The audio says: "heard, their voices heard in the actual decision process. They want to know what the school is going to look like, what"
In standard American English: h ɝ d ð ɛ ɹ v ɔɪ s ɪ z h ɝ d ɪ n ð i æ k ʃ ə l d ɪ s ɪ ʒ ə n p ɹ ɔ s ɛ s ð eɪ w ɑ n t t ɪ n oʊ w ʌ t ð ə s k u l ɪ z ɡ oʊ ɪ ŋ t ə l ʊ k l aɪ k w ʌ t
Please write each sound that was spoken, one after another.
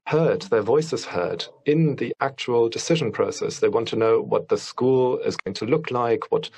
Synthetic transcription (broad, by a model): h ɝ d ð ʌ ɹ v ɔɪ s ɪ z h ɝ d ɪ n ð i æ k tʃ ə l d ɪ s ɪ ʒ ə n p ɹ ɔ s ɛ s ð eɪ w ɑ n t t ɪ n oʊ w ʌ t ð ə s k u l ɪ z ɡ oʊ ɪ ŋ t ə l ʊ k l aɪ k w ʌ t